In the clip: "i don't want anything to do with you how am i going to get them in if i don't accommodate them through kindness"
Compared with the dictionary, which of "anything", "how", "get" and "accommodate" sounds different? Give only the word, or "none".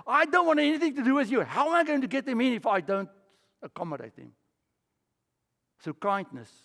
none